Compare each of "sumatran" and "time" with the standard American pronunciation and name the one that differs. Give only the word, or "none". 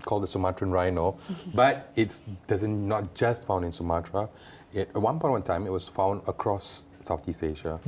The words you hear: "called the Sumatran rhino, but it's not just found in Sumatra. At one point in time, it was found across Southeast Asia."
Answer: none